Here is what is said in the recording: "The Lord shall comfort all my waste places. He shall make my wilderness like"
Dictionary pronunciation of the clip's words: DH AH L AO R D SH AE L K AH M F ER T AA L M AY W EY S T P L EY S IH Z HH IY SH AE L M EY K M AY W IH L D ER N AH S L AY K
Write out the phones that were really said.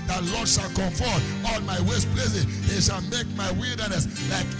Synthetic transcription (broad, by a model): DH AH L AO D SH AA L K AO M F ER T AA L M AY W EY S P L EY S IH HH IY SH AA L M EY K M AY W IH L D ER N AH S L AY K